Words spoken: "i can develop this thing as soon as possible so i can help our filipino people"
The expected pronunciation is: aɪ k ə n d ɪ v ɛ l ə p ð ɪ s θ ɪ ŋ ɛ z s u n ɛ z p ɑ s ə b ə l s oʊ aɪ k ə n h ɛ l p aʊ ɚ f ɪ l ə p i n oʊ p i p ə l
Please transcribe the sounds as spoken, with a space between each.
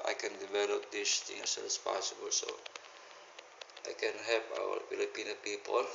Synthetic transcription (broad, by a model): aɪ k ə n d ɪ v ɛ l ə p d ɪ s t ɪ ŋ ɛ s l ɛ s p ɑ s ə b ə l s oʊ aɪ k ə n h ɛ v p aʊ ɚ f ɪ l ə p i n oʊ p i p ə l